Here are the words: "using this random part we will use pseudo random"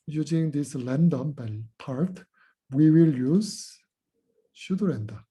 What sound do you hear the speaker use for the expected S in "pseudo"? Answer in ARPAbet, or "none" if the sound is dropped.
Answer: SH